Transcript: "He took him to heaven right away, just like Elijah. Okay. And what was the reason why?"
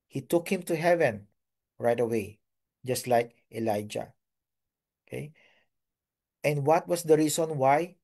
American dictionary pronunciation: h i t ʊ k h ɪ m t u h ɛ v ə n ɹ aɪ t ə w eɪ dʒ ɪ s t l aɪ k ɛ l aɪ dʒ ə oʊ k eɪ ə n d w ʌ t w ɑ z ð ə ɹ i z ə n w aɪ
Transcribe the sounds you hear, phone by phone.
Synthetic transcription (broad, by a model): h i t ʊ k h ɪ m t u h ɛ v ə n ɹ aɪ t ə w eɪ dʒ ɪ s t l aɪ k ɛ l aɪ dʒ ə oʊ k eɪ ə n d w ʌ t w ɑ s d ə ɹ i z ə n w aɪ